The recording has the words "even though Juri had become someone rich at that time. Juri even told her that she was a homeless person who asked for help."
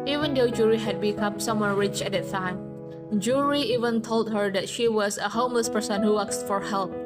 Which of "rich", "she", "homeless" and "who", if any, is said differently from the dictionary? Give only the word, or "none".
none